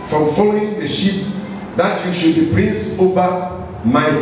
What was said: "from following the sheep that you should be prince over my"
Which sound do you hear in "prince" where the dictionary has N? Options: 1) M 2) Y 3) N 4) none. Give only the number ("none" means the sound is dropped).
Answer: 4